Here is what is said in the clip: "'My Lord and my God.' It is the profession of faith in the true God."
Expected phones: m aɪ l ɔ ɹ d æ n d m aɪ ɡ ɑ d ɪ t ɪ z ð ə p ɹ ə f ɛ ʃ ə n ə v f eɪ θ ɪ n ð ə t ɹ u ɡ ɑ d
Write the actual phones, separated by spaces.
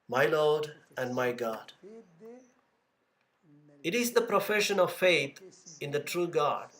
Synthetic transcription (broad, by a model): m aɪ l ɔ d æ n d m aɪ ɡ ɑ d ɪ t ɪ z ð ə p ɹ ə f ɛ ʃ ə n ə v f eɪ t ɪ n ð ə t ɹ u ɡ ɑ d